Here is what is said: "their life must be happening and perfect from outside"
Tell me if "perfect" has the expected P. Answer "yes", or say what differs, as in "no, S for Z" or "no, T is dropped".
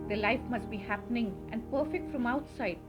yes